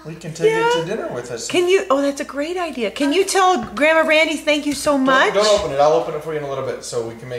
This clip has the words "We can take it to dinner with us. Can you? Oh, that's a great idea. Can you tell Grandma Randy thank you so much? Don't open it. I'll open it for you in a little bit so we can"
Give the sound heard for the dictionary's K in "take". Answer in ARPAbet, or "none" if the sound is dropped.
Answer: none